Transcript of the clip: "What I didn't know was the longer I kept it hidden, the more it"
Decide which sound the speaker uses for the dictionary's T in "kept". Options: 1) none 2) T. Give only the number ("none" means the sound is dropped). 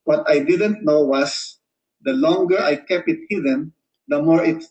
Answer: 1